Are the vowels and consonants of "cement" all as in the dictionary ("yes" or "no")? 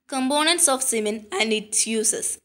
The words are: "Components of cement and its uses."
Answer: no